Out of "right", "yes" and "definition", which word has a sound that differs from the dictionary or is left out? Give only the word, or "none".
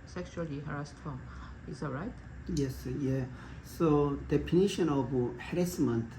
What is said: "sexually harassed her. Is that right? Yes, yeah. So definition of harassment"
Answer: definition